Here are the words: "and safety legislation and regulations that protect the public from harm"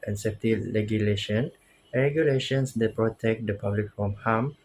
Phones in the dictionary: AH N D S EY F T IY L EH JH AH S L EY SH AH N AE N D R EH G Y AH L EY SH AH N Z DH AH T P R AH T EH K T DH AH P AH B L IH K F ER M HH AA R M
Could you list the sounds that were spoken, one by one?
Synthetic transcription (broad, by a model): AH N S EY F T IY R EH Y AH L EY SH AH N N R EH G Y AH L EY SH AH N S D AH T P R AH T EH K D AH P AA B L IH K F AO M HH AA M